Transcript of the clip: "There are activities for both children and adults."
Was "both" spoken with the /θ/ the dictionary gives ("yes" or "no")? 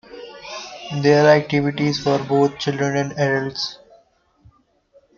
no